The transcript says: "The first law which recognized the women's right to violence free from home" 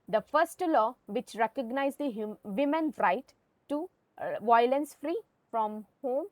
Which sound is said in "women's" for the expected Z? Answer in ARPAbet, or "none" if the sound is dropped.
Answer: none